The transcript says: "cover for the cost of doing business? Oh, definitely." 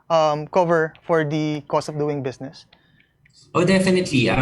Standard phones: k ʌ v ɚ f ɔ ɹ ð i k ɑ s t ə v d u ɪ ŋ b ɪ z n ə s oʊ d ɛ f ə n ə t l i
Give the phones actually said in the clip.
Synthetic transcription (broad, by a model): k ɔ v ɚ f ɔ ɹ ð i k ɑ s t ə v d u ɪ ŋ b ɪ s n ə s oʊ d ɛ f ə n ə t l i